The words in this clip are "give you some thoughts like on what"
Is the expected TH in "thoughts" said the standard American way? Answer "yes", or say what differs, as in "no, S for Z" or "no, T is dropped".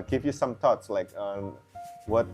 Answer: no, T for TH